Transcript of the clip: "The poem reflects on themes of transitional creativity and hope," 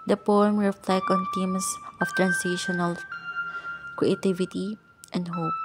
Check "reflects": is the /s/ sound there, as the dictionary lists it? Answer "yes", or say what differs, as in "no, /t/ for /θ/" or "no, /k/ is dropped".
no, /s/ is dropped